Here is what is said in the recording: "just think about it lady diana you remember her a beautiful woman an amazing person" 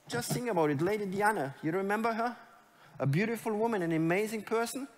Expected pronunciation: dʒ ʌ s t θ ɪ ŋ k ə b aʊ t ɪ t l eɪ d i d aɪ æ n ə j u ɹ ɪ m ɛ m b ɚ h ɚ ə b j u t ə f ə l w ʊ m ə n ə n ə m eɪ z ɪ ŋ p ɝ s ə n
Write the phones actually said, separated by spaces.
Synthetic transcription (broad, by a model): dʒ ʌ s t s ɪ ŋ ə b aʊ t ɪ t l eɪ d i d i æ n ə j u ɹ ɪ m ɛ m b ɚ h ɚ ə b j u t ə f ə l w ʊ m ə n ə n ə m eɪ z ɪ ŋ p ɝ s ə n